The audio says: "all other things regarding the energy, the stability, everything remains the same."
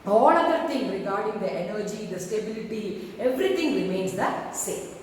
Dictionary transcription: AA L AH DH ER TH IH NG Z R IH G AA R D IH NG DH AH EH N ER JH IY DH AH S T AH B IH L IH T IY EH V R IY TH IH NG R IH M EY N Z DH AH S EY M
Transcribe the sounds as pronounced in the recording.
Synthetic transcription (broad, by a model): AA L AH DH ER T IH NG R IH G AA R D IH NG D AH EH N ER JH IY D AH S T AH B IH L IH T IY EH V R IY T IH NG R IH M EY N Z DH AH S EY M